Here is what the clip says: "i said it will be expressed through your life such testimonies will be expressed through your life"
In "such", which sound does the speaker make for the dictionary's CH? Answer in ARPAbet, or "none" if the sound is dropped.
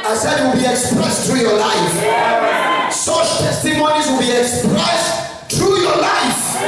SH